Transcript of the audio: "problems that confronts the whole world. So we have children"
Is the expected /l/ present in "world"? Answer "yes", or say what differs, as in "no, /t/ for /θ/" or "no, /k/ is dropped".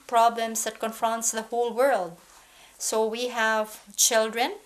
yes